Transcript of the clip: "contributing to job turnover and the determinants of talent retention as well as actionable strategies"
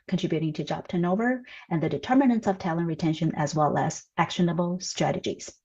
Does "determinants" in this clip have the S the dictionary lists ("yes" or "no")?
yes